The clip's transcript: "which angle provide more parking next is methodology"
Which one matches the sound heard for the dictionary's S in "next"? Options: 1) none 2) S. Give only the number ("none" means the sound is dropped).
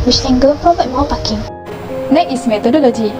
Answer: 1